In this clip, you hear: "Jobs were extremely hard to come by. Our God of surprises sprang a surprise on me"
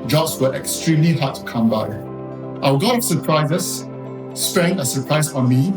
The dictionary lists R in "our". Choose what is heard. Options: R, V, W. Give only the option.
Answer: W